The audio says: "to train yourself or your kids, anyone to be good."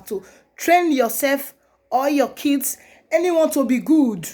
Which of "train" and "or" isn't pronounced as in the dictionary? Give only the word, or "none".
or